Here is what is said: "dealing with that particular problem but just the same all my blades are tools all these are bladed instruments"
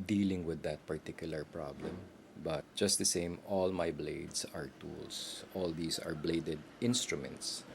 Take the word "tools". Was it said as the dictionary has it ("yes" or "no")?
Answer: no